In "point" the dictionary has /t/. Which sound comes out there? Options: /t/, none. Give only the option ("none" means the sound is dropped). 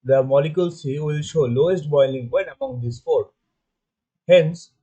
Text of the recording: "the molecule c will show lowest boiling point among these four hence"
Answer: none